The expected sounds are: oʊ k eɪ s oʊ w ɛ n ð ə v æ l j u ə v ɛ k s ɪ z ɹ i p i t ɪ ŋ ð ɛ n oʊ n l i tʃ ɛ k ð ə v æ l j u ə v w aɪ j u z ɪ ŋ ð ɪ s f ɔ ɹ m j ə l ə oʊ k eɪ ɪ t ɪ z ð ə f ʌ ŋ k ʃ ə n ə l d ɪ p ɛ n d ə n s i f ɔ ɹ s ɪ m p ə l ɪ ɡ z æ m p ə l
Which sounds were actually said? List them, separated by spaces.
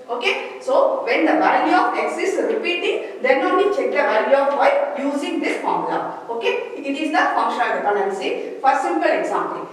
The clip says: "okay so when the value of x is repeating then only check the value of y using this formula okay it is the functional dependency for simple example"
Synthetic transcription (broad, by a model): oʊ k eɪ s oʊ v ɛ n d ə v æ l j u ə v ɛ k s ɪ s ɹ i p i t ɪ ŋ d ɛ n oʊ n i tʃ ɛ k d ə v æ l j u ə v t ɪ j u z ɪ ŋ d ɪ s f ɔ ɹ m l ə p oʊ k eɪ ɪ t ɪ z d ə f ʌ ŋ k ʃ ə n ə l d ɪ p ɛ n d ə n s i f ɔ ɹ s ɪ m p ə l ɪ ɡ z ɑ m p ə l